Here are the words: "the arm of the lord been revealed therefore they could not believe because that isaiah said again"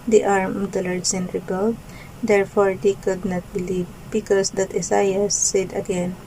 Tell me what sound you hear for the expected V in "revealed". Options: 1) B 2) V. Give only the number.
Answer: 1